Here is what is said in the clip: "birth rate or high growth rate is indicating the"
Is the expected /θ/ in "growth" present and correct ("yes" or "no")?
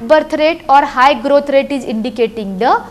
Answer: no